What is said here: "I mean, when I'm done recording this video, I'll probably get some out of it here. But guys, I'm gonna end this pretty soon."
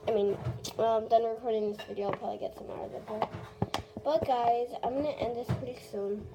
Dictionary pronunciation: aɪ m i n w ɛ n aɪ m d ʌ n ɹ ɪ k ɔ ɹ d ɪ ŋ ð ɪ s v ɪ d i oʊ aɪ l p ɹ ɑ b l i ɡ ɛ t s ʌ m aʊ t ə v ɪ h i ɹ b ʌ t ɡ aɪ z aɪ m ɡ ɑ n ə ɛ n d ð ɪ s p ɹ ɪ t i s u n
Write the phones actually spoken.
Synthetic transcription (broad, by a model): aɪ m i n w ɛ l aɪ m d ʌ n ɹ ɪ k ɔ ɹ d ɪ ŋ ð ɪ s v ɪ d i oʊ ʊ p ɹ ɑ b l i ɡ ɛ t s ʌ m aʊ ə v ɪ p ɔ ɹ b ʌ t ɡ aɪ z aɪ m ɡ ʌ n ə ɛ n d ð ɪ s p ɹ ɪ t i s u n